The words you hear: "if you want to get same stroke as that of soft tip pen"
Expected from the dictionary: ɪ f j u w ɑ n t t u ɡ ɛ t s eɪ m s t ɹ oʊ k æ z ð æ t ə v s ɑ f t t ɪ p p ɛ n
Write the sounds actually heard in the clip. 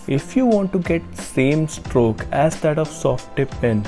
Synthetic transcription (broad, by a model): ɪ f j u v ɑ n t t u ɡ ɛ t s eɪ m s t ɹ oʊ k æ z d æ t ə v s ɑ f t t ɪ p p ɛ n